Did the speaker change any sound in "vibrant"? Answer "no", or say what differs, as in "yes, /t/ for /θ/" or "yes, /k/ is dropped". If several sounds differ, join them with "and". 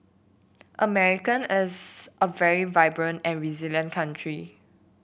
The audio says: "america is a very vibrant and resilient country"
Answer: no